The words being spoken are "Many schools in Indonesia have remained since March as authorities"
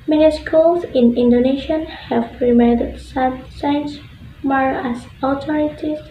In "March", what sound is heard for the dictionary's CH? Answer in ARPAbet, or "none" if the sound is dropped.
none